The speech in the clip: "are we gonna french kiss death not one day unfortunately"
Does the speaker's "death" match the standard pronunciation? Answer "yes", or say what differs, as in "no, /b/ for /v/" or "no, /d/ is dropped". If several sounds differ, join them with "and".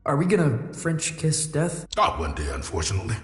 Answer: yes